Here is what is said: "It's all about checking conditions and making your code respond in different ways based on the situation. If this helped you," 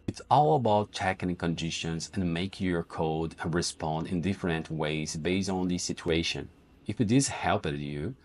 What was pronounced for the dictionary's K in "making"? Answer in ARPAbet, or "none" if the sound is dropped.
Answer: none